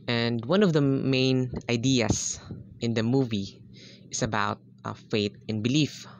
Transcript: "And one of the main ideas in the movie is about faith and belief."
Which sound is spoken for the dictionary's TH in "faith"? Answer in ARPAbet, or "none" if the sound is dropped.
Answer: T